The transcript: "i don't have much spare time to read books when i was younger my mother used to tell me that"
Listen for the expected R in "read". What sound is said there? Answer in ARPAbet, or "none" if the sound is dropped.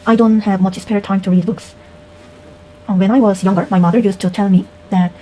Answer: R